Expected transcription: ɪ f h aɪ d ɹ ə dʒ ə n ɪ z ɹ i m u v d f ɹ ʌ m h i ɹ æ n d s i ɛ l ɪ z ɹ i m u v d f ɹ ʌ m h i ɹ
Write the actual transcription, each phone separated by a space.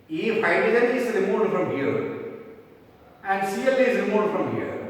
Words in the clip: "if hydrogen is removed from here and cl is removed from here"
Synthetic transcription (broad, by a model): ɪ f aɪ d ə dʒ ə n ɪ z ɹ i m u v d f ɹ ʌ m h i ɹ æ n d s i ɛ l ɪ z ɹ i m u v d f ɹ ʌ m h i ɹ